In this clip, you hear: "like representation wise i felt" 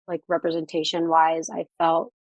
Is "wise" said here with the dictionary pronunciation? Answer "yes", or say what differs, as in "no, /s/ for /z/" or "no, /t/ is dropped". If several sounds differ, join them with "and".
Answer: yes